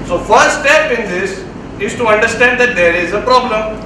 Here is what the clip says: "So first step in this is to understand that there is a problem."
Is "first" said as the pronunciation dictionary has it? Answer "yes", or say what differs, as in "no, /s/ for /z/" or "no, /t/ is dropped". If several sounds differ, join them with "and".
no, /s/ is dropped